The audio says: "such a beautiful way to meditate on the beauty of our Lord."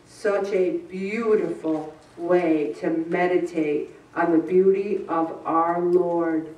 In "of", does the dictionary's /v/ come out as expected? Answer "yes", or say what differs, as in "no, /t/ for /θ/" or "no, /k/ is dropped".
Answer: yes